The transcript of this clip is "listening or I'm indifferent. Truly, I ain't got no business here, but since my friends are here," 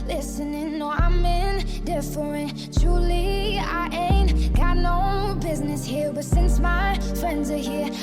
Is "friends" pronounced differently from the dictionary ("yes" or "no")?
no